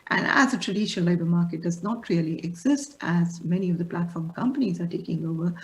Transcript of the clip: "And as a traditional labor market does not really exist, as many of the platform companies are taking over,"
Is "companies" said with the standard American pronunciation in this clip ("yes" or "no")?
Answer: yes